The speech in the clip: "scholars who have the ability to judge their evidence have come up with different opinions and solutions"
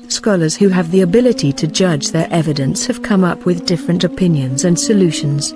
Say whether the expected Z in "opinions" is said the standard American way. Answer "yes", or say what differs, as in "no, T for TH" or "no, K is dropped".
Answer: yes